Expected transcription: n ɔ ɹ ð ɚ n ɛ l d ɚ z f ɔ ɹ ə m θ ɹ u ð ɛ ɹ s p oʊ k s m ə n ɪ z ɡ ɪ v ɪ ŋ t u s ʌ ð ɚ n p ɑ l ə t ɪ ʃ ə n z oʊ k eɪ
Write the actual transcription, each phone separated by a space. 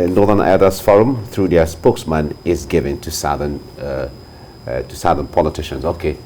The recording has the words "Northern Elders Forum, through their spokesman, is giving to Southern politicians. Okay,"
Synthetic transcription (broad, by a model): n ɔ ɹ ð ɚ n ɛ d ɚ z f ɔ ɹ ə m θ ɹ u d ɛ s p oʊ k s m ə n ɪ z ɡ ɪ v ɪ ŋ t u s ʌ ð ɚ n p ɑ l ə t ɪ ʃ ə n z oʊ k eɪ